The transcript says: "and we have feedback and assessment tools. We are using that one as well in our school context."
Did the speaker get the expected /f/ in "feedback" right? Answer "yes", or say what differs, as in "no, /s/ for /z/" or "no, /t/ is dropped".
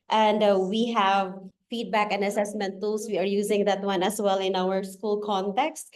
yes